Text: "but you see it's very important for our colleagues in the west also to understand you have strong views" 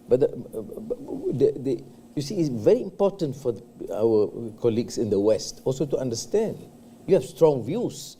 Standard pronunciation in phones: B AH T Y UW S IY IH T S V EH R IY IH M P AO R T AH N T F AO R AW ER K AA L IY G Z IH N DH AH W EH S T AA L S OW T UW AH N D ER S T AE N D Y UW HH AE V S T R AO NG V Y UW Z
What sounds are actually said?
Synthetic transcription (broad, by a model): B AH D Y UW S IY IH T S V EH R IY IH M P AO T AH N T F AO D AW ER K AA L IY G S IH N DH AH W EH S T AA L S OW T UW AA N D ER S T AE N D Y UW HH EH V S T R AO NG V Y UW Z